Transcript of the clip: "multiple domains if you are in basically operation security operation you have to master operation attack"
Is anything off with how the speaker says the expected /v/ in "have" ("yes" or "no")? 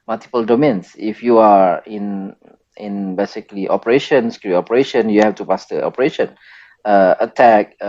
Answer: yes